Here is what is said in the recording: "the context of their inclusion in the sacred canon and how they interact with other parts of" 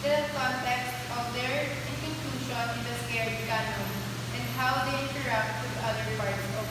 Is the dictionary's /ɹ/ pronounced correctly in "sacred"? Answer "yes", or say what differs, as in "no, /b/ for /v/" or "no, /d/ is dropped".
no, /ɹ/ is dropped